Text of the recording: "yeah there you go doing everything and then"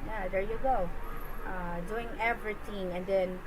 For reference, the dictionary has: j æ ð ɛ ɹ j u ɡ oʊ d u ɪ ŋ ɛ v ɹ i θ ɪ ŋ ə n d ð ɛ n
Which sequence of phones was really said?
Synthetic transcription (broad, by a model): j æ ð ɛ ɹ j u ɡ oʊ d u ɪ ŋ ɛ v ɹ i t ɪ ŋ ə n d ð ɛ n